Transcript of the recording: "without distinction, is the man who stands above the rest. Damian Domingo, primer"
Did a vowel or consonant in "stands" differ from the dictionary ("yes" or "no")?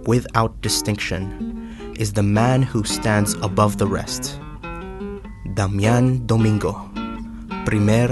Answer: no